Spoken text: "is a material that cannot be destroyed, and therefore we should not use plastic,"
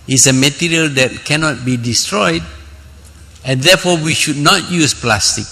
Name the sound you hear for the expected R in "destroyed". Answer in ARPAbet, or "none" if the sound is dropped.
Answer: R